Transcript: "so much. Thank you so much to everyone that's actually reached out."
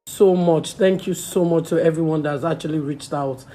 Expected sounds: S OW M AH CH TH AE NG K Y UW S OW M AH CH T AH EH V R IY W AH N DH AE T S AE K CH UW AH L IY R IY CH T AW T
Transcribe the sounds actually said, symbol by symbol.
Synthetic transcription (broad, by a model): S OW M AH CH TH AE NG K Y UW S OW M AH CH T AH EH V R IY W AH N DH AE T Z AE K CH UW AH L IY R IY CH T AW T